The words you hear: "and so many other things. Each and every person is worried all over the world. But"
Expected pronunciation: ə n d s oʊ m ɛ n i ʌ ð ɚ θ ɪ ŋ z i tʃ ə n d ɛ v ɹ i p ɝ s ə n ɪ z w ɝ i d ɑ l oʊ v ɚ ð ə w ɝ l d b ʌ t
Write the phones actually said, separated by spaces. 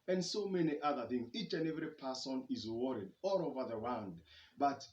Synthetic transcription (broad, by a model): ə n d s oʊ m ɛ n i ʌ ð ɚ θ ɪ ŋ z i tʃ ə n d ɛ v ɹ i p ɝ s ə n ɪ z w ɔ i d ɑ l oʊ v ɚ ð ə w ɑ n d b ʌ t